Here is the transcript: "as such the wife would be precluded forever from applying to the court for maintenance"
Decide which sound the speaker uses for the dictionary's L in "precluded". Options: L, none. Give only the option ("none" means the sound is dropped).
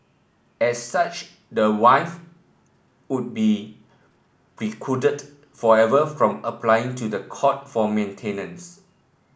none